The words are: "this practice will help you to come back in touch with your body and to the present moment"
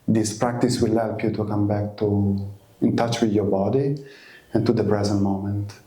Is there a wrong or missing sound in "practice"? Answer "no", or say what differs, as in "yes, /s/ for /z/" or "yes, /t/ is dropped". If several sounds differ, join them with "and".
no